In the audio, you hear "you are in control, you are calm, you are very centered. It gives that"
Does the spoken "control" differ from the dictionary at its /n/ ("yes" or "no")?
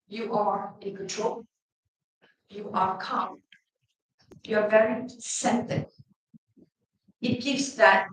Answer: yes